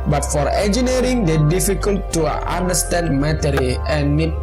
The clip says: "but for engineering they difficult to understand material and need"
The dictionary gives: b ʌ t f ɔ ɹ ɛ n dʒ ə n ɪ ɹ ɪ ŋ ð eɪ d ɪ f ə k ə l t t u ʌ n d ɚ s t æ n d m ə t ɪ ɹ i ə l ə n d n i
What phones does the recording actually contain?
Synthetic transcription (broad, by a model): b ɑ t f ɔ ɹ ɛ n dʒ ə n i ɹ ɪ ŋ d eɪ d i f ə k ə l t t u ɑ n d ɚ s t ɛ n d m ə t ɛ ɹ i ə n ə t